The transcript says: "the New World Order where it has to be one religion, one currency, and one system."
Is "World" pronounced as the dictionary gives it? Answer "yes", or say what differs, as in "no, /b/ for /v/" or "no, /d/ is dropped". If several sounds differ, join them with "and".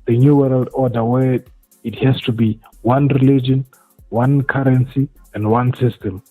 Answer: yes